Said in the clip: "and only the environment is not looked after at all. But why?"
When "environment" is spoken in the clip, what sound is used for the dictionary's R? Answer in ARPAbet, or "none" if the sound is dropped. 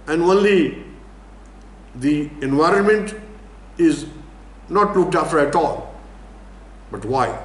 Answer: R